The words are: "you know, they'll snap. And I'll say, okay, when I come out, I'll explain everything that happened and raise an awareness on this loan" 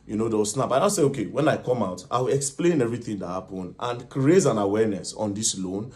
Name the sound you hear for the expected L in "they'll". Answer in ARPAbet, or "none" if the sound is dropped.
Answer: W